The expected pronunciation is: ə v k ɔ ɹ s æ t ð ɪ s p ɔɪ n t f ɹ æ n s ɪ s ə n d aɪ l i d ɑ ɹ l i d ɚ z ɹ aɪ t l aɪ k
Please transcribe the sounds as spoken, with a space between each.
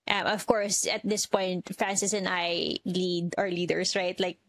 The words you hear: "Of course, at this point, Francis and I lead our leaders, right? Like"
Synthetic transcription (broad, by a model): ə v k ɔ ɹ s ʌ t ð ɪ s p ɔɪ n t f ɹ æ n s ɪ s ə n aɪ l i d ɑ ɹ l i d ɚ s ɹ aɪ t l aɪ k